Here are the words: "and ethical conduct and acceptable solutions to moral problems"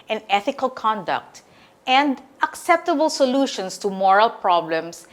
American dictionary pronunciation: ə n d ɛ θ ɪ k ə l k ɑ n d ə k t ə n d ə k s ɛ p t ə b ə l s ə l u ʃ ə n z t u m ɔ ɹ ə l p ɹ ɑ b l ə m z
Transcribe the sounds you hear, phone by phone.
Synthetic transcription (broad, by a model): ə n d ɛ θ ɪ k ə l k ɑ n d ə k t ə n d ə k s ɛ p t ə b ə l s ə l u ʃ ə n s t u m ɔ ɹ ə l p ɹ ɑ b l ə m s